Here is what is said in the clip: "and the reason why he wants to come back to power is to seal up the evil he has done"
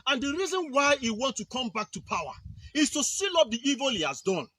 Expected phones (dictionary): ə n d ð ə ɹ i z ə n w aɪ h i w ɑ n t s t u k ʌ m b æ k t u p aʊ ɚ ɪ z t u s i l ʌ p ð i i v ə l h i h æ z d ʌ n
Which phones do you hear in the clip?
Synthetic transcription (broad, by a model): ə n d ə ɹ i z ə n w aɪ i w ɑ n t t u k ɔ m b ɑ k t u p aʊ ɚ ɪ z t u s i l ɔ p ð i i v ə l h i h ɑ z d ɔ n